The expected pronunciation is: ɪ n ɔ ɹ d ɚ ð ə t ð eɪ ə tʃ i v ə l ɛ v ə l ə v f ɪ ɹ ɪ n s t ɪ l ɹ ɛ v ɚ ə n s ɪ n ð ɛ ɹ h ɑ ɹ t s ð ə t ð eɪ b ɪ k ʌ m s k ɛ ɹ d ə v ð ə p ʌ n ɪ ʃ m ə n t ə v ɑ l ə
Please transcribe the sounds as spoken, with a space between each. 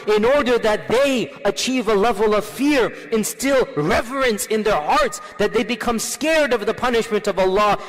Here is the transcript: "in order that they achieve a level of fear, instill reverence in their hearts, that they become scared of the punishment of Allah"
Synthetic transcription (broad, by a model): ɪ n ɔ ɹ d ɚ ð ə t ð eɪ ə tʃ i v ə l ɛ v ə l ə v f ɪ ɹ ɪ n s t ɪ l ɹ ɛ v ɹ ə n s ɪ n ð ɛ ɹ h ɑ ɹ t s ð ə t ð eɪ b ɪ k ʌ m s k ɛ ɹ d ə v ð ə p ʌ n ɪ ʃ m ə n t ə v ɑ l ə